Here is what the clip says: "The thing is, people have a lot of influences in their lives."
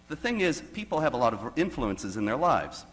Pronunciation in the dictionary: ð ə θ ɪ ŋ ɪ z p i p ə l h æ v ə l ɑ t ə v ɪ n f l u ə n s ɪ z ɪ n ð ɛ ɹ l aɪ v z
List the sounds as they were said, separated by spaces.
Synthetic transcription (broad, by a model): ð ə θ ɪ ŋ ɪ z p i p l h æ v ə l ɑ t ə v ɪ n f l u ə n s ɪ z ɪ n ð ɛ ɹ l aɪ v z